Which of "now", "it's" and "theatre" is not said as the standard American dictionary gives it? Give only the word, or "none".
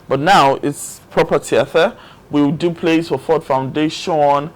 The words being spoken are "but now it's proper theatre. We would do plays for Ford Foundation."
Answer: theatre